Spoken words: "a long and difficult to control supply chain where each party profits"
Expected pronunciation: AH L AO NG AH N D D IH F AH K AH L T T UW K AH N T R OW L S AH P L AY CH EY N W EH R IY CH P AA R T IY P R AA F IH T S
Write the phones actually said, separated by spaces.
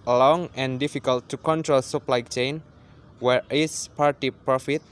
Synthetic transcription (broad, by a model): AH L AO NG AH N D D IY F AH K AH L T T UW K AH N T R OW L S AH P L AY CH EY N W EH R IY S P AA R T IY P R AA F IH T